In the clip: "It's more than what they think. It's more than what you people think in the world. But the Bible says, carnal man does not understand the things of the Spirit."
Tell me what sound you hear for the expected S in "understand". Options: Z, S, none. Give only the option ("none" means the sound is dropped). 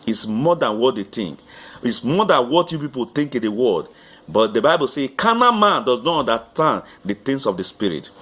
none